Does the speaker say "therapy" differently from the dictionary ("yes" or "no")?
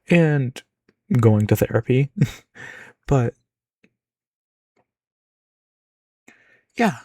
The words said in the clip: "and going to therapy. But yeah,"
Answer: no